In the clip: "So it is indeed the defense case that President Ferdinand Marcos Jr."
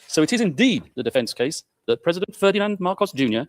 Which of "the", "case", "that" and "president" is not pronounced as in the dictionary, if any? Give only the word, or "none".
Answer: none